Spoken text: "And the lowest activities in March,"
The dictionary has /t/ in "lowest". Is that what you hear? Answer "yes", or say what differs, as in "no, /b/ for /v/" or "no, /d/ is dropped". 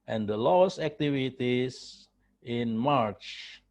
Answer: no, /t/ is dropped